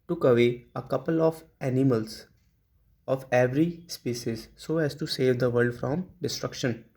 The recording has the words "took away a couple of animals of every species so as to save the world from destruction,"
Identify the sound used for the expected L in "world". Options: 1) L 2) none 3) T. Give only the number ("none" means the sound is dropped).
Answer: 2